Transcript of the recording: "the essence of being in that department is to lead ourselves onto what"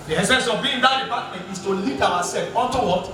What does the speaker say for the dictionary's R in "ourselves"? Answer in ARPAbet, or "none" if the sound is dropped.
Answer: W